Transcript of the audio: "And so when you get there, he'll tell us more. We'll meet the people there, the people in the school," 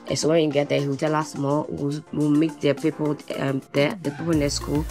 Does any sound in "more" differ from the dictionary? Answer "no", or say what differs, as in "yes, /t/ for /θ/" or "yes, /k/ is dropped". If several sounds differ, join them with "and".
yes, /w/ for /ɹ/